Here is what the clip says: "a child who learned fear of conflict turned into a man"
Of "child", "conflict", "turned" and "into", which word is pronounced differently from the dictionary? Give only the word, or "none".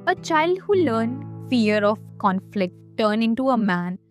turned